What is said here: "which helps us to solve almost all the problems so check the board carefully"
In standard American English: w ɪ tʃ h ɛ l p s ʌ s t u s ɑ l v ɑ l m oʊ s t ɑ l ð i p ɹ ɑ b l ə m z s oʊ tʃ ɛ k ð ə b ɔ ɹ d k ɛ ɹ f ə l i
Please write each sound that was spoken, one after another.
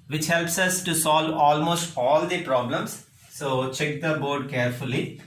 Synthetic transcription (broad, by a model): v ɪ tʃ h ɛ l p s ʌ s t u s ɑ l v ɑ l m oʊ s t ɑ l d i p ɹ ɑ b l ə m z s oʊ tʃ ɛ k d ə b ɔ ɹ d k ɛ ɹ f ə l i